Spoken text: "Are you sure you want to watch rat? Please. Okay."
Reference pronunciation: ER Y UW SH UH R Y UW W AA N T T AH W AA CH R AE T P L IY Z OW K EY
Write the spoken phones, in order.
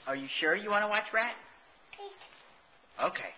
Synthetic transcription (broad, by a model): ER Y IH SH UH R Y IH W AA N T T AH W AA CH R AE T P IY S OW K EY